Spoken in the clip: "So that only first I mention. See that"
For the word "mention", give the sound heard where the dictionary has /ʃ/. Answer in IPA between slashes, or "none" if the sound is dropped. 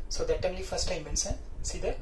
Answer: /s/